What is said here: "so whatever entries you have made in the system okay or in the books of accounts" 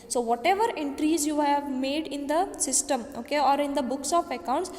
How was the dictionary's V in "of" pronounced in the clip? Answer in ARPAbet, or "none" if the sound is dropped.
P